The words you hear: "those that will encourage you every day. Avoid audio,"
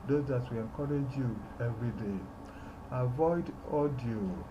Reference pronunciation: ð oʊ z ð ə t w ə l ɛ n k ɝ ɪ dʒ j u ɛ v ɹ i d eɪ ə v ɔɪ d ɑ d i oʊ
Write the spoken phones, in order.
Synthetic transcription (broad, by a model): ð oʊ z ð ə t w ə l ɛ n k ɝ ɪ dʒ j u ɛ v ɹ i d eɪ ə v ɔɪ d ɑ d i oʊ